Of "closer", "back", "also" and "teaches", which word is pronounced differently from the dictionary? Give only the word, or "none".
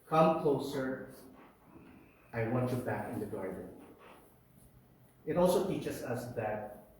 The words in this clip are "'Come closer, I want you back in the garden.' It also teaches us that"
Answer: teaches